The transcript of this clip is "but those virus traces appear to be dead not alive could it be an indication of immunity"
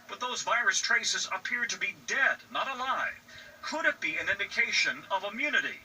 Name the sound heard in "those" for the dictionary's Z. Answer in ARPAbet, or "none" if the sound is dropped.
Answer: Z